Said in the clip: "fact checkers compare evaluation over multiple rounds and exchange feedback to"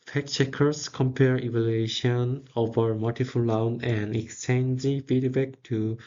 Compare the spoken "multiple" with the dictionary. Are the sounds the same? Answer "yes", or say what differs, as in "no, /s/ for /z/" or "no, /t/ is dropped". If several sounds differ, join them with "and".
no, /f/ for /p/